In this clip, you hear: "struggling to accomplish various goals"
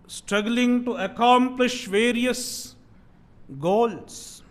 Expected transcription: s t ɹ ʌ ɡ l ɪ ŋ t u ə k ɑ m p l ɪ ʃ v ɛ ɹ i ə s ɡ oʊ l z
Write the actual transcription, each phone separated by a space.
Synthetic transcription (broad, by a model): s t ɹ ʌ ɡ l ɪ ŋ t u ə k ɑ m p l ɪ ʃ v ɛ ɹ i ə s ɡ oʊ l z